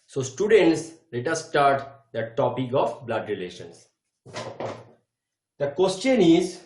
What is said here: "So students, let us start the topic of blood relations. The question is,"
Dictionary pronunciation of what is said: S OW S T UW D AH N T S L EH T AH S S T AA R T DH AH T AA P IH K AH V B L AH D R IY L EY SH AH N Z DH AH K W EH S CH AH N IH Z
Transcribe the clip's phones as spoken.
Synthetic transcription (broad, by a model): S OW S T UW D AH N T S L EH T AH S S T AA R T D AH T AA P IH K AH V B L AH D R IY L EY SH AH N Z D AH K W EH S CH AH N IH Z